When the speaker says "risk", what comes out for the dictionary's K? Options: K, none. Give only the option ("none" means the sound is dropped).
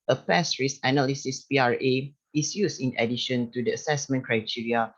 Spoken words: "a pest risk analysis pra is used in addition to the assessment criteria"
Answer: none